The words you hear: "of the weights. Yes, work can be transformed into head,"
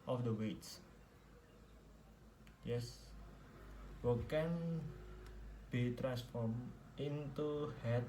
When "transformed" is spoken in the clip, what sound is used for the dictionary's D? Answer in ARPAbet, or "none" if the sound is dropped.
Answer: none